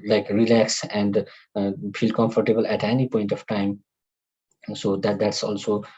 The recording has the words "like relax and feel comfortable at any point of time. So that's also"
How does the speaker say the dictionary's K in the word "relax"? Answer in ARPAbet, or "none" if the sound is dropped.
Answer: K